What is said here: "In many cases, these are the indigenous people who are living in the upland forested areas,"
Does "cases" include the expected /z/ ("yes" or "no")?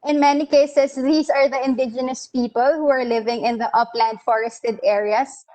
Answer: no